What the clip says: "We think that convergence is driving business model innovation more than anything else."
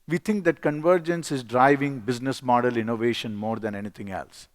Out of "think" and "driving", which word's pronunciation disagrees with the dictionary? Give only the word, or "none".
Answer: think